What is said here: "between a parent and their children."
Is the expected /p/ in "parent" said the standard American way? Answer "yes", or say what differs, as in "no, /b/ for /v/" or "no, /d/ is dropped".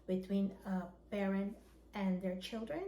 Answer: no, /b/ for /p/